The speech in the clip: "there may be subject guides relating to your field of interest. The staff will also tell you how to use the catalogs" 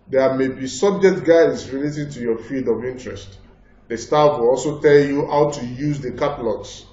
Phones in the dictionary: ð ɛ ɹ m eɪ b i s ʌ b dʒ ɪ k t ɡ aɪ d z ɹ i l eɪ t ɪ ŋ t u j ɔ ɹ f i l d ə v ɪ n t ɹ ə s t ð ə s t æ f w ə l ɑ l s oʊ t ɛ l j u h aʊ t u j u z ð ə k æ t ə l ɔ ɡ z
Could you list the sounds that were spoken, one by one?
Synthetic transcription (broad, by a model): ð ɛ m eɪ b i s ʌ b dʒ ɪ k t ɡ aɪ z ɹ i l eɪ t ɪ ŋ t u j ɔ f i d ə v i n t ɹ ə s t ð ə s t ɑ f w ə l ɑ l s oʊ t ɛ l j u h aʊ t u j u z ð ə k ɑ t l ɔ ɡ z